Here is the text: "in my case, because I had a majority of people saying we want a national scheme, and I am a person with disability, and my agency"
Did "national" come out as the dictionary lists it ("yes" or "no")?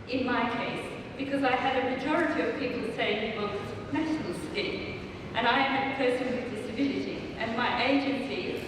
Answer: no